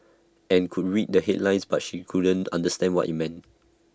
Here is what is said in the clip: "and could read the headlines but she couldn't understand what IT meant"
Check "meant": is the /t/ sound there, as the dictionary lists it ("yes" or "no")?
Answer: yes